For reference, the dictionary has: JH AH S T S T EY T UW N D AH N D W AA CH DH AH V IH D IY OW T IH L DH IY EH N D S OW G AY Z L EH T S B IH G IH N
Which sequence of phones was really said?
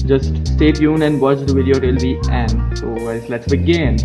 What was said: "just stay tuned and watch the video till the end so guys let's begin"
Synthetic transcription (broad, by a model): JH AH S T S T EY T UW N AH N D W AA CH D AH V IH D IY OW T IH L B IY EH N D S OW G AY S L EH T S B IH G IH N